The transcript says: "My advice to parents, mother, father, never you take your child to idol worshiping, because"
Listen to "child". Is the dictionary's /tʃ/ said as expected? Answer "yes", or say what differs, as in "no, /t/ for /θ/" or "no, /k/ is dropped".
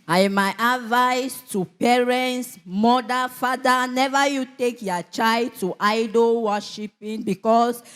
yes